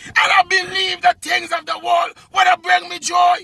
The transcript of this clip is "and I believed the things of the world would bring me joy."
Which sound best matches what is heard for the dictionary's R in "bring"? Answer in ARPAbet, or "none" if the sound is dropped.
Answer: R